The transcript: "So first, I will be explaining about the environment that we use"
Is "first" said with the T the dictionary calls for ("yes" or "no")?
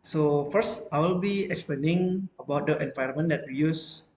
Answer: yes